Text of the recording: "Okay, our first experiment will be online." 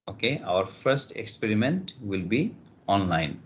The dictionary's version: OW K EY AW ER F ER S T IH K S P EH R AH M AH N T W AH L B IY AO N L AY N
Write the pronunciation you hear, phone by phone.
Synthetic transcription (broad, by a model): OW K EY AW ER F ER S T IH K S P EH R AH M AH N T W AH L B IY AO N L AY N